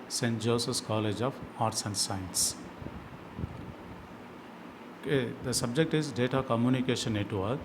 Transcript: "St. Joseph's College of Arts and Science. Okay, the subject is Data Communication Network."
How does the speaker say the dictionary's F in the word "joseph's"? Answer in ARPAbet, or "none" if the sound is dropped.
none